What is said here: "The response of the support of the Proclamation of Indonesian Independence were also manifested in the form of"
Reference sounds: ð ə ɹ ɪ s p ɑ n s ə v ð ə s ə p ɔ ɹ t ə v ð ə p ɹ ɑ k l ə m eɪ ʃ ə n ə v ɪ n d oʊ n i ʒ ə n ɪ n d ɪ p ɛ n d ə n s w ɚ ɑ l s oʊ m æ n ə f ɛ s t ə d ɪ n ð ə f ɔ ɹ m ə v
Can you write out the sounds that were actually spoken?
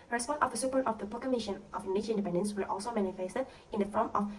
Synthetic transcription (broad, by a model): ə ɹ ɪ s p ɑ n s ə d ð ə s ə p ɔ ɹ t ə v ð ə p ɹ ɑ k ə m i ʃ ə n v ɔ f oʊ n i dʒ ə ɪ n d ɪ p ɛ n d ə n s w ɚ ɑ l s oʊ m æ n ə f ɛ s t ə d ɪ n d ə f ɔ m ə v